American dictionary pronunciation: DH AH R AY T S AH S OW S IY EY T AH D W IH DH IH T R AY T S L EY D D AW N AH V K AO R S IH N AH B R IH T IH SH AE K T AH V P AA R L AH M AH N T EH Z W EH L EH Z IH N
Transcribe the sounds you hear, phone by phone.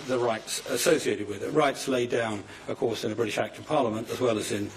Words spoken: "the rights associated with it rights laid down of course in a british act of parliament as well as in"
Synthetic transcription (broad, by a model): DH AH R AY T S AH S OW S IY EY T AH D W IH DH IH T R AY T S L EY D D AW N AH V K AO R S IH N AH B R IH T IH SH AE K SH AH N P AA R L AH M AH N T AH Z W EH L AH Z IH N